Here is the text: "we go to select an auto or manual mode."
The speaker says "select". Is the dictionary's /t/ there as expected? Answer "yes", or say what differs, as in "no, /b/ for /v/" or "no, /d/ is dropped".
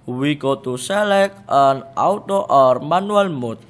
no, /t/ is dropped